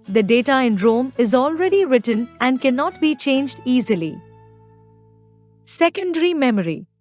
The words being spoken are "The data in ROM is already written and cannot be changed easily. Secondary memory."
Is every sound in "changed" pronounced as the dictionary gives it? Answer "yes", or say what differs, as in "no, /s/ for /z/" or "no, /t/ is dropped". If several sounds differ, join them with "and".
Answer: yes